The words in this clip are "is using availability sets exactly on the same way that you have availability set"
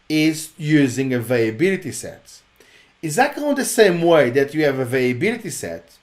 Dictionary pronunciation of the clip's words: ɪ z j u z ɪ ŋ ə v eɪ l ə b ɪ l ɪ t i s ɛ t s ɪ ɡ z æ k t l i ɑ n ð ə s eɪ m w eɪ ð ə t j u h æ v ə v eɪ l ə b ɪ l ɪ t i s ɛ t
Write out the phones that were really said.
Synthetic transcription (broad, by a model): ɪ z j u z ɪ ŋ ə v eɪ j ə b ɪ l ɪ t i s ɛ t ɪ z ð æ t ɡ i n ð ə s eɪ m w eɪ ð ə t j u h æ v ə v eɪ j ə b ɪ l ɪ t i s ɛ t